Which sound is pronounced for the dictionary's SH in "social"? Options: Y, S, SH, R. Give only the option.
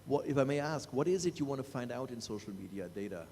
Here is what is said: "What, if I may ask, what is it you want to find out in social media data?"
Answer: SH